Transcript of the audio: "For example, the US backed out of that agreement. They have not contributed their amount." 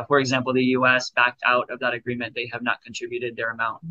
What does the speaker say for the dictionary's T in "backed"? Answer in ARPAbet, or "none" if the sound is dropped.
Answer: T